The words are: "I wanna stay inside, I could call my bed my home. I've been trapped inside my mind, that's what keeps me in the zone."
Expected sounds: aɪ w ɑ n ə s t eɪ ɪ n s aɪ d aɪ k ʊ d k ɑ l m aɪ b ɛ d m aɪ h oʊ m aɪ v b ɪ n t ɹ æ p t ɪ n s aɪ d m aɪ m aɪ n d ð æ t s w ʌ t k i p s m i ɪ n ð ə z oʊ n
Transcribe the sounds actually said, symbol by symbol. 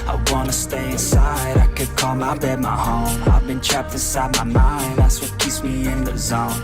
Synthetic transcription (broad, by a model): aɪ w ɑ n ə s t eɪ ɪ n s aɪ d aɪ k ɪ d k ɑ m aɪ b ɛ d m aɪ h oʊ m aɪ v b ɪ n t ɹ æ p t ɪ s aɪ d m aɪ m aɪ n d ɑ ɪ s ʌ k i s m i ɪ n ð ə z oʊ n